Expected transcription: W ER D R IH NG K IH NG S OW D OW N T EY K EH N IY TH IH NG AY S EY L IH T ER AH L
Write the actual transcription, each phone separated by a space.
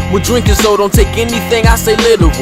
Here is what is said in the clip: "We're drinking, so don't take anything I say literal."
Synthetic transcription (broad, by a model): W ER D R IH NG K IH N S OW D OW N T EY K EH N IY TH IH NG AY S EY L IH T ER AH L